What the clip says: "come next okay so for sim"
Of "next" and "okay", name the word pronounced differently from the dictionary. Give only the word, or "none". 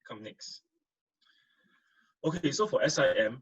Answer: none